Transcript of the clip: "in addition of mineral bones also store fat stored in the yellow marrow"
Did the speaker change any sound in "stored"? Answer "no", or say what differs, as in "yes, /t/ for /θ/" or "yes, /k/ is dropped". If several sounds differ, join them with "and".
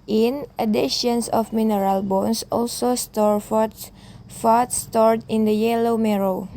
no